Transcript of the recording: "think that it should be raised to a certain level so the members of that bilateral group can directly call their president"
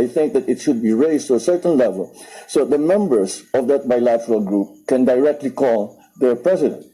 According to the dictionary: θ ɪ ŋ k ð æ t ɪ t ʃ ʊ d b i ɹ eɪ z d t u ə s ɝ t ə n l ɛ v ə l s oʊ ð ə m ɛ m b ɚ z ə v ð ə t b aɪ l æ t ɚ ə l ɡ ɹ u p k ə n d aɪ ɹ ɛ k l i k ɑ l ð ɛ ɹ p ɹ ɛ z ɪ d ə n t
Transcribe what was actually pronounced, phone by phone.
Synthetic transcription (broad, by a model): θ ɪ ŋ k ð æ t ɪ t ʃ ʊ d b i ɹ eɪ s t u ə s ɝ t ə n l ɛ v ə l s oʊ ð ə m ɛ m b ɚ s ə v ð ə t b aɪ l æ t ɚ ə l ɡ ɹ u p k ə n d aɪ ɹ ɛ k l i k ɑ l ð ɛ ɹ p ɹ ɛ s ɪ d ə n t